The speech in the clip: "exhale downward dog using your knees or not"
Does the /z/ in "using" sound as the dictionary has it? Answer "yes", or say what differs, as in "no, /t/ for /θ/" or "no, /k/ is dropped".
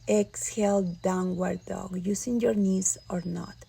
no, /s/ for /z/